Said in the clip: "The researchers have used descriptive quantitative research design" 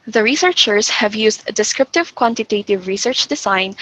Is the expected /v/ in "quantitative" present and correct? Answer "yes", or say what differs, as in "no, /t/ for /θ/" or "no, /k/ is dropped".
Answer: yes